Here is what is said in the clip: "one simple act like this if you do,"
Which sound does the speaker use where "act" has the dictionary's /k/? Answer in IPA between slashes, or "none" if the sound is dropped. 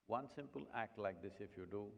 /k/